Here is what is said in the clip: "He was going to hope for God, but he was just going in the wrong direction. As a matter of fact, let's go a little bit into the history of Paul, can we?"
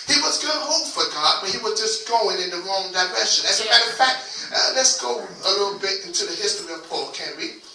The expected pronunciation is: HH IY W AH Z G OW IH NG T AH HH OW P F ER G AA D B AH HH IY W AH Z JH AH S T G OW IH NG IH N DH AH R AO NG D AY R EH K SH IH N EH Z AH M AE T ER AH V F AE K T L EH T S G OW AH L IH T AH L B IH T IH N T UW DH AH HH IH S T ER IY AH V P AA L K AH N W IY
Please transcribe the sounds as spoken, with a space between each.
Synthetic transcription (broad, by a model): HH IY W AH S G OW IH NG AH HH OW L F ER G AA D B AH HH IY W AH JH AH S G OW IH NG IH N DH AH R AO NG D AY R EH SH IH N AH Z AH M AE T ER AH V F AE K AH L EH T S G OW AH L IH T L B IH T IH N T UW DH AH HH IH S T ER IY AH V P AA K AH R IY